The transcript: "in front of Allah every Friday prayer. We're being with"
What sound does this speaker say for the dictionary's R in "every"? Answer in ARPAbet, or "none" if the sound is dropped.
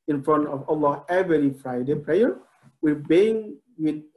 L